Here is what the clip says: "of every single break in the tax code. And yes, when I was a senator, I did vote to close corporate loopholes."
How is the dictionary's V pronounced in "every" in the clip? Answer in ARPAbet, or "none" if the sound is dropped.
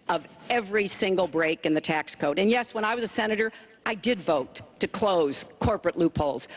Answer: V